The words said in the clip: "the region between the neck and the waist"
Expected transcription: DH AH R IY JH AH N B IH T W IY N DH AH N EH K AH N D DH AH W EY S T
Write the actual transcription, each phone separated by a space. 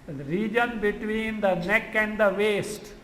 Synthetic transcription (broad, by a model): R IY JH AH N B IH T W IY N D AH N EH K AH N D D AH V EY S T